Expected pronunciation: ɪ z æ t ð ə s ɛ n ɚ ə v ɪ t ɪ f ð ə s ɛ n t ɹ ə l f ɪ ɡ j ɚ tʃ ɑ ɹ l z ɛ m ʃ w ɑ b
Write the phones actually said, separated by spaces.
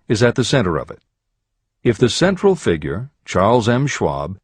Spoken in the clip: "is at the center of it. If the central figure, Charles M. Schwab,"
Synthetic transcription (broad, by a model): ɪ z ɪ t ð ə s ɛ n ɚ ə v ɪ t ɪ f ð ə s ɛ n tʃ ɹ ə l f ɪ ɡ j ɚ tʃ ɑ ɹ l z ɛ m ʃ w ɑ b